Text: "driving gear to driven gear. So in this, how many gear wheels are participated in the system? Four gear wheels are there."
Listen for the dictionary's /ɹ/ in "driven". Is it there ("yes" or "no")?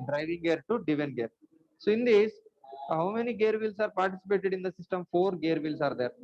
no